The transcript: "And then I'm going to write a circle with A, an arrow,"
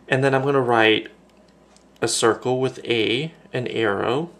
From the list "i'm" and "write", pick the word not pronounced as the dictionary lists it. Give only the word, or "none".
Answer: none